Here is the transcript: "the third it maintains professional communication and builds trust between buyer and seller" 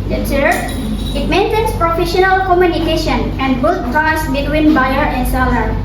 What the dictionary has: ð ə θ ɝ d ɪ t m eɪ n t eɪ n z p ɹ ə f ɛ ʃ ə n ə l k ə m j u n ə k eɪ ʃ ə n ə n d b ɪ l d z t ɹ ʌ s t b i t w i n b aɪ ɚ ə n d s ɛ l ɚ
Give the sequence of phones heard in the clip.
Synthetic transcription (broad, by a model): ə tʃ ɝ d ɪ t m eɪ n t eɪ n s p ɹ ə f ɛ ʃ ə n ə l k ə m j u n ə k eɪ ʃ ə n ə n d b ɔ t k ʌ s b i t w i n b aɪ ɚ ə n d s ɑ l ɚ